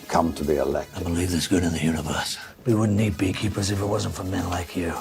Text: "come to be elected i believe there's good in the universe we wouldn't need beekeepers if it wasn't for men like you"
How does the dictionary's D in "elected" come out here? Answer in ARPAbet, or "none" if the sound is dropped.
none